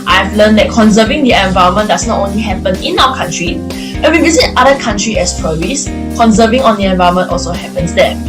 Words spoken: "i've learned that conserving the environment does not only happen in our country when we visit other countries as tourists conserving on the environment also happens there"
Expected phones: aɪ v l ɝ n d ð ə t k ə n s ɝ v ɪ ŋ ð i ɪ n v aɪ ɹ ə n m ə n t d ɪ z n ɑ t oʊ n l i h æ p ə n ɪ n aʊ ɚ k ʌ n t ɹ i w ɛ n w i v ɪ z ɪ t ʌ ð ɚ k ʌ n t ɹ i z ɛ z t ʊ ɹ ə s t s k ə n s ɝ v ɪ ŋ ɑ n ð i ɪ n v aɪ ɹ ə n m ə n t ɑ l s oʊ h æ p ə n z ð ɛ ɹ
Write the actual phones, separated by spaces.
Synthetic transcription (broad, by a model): aɪ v l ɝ n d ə t k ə n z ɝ v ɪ ŋ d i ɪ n v aɪ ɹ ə m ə n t d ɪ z n ɑ t oʊ n l i h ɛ p ə n ɪ n aʊ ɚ k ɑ n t ɹ i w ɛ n w i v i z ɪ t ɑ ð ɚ k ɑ n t ɹ i ɛ s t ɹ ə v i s k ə n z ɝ v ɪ ŋ ɑ n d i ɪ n v aɪ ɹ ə m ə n t ɑ l s oʊ h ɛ p ə n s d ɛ